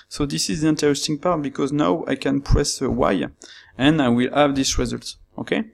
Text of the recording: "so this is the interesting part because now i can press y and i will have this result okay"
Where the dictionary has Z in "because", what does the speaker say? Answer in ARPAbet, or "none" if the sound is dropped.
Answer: Z